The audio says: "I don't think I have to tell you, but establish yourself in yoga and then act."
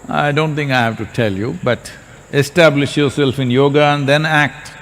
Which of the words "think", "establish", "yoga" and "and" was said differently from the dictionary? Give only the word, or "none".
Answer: think